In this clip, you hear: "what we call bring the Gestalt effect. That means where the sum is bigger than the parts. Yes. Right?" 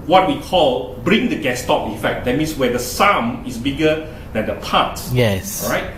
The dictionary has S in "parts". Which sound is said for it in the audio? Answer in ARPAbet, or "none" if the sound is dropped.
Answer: none